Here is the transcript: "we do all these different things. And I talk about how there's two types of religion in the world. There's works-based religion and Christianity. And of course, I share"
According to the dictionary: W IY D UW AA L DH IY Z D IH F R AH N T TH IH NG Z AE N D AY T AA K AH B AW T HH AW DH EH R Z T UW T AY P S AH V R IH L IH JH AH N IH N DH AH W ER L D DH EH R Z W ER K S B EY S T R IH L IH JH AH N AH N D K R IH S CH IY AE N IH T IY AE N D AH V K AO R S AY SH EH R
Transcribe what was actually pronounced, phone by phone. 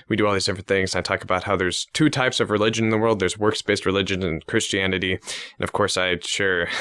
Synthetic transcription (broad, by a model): W IY D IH AA L DH IY Z D IH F R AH N TH IH NG Z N AY T AA K AH B AW T HH AW DH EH R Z T UW T AY P S AH V R IH L IH JH AH N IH N DH AH W ER L D DH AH R Z W ER K S B EY S T R IH L IH JH AH N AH N K R IH S CH IY AE N IH T IY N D AH V K AO R S AY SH EH R